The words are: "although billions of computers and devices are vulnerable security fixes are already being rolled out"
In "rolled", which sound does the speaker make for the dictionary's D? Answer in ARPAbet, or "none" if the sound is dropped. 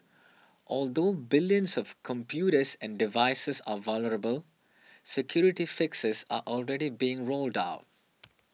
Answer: D